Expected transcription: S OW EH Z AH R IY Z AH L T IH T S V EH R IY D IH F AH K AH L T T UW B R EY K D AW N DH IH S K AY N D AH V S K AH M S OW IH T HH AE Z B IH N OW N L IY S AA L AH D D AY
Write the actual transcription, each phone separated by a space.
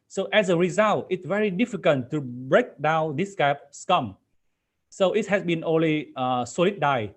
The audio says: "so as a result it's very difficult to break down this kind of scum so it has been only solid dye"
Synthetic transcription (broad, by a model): S OW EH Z AH R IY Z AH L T IH T S V EH R IY D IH F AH K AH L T T UW B R EY K D AW N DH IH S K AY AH P S K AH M S OW IH T HH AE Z B IH N OW N L IY S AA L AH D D AY